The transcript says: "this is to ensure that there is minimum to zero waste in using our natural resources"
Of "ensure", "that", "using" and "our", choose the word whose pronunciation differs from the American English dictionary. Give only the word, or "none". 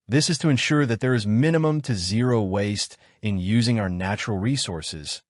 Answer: none